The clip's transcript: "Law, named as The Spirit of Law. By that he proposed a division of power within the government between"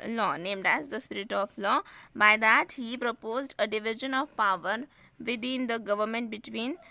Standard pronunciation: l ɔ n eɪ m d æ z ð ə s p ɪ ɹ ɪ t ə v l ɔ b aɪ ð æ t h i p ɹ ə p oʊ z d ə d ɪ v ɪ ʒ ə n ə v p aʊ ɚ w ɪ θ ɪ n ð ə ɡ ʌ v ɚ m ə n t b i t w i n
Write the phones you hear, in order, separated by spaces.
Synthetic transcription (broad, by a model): l ɔ n eɪ m d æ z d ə s p ɪ ɹ ɪ t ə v l ɔ b aɪ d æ t h i p ɹ ə p oʊ z d ə d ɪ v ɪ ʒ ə n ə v p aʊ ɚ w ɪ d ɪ n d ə ɡ ʌ v ɚ m ə n t b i t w i n